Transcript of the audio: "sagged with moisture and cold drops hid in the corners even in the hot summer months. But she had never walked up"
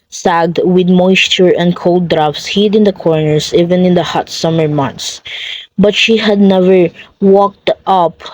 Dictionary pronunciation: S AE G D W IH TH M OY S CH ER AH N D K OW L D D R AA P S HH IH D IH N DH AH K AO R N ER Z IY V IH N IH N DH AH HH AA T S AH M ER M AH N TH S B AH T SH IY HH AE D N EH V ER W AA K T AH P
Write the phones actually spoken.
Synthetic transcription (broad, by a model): S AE G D W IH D M OY S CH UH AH N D K OW L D D R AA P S HH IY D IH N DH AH K AO R N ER S IY V IH N IH N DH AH HH AA T S AH M ER M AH N T S B AH T SH IY HH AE D N EH V ER W AA K T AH P